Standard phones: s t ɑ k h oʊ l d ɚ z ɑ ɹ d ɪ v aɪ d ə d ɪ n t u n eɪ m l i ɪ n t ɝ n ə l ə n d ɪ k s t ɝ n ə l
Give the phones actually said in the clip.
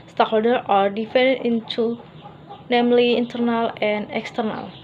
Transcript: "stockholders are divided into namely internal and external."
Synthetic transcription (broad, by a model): s t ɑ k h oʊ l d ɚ ɑ ɹ d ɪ f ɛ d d ɪ n t u n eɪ m l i n t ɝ n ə l ə n d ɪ k s t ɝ n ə l